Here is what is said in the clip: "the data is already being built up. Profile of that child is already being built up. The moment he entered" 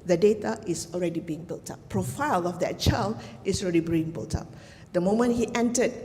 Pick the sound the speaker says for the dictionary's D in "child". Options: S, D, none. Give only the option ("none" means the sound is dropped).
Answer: none